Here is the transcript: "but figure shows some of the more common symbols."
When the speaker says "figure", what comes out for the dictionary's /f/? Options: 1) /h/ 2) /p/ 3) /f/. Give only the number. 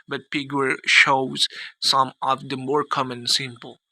2